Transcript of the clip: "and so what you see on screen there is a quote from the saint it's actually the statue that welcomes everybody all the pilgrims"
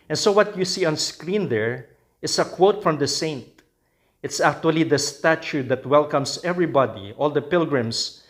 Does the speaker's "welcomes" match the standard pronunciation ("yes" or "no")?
no